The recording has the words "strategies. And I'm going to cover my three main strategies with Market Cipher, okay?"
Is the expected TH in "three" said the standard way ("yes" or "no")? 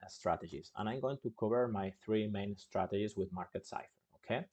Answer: yes